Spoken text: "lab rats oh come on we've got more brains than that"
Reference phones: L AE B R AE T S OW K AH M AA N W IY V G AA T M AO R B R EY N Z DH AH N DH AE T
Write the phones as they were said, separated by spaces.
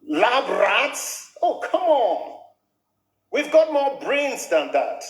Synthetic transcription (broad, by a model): L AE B R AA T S OW K AH M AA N W IY V G AA T M AO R B R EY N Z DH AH N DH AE T